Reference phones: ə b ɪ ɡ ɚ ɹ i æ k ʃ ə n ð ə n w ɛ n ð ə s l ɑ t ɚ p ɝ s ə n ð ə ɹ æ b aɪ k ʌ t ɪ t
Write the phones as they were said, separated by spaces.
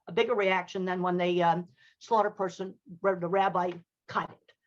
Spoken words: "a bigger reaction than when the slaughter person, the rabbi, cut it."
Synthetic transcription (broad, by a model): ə b ɪ ɡ ɚ ɹ i æ k ʃ ə n ð ə n w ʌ n ð ə s l ɑ t ɚ p ɝ s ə n ð ə ɹ æ b aɪ k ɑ ɪ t